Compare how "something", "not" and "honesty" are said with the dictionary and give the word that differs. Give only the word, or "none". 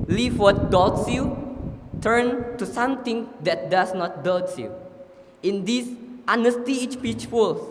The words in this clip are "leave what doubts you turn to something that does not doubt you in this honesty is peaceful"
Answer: something